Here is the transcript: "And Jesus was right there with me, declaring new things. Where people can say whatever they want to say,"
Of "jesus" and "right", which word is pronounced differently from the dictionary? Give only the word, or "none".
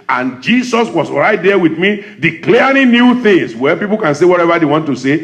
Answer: jesus